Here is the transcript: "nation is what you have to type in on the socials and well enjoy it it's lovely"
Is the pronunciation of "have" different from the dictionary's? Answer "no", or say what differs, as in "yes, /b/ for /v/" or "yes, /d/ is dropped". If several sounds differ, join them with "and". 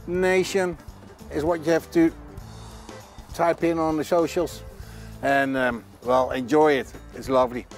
yes, /f/ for /v/